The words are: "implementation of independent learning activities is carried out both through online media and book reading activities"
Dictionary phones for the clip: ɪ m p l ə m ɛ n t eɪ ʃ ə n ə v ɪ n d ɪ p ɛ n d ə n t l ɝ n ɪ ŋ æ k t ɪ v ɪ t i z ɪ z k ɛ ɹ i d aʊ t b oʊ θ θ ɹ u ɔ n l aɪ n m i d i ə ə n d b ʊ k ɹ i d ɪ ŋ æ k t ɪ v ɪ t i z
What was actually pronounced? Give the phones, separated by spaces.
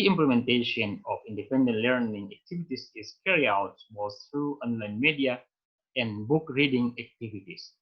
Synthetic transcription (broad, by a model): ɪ m p l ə m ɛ n t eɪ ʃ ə n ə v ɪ n d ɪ p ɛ n d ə n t l ɝ n ɪ ŋ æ k t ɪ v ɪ t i s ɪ s k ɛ ɹ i aʊ t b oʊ s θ ɹ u ɔ n l aɪ n m i d i ə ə n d b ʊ k ɹ i d ɪ ŋ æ k t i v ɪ t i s